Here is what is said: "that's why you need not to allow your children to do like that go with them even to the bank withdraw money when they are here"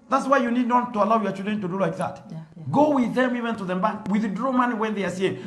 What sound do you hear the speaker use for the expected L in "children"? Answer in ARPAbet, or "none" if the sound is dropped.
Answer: none